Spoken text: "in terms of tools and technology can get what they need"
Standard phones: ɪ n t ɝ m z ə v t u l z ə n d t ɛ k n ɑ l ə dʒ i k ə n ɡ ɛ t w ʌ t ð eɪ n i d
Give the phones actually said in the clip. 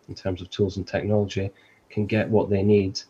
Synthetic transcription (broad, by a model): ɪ n t ɝ m z ə v t u l z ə n t ɛ k n ɑ l ə dʒ i k ə n ɡ ɛ t w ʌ t ð eɪ n i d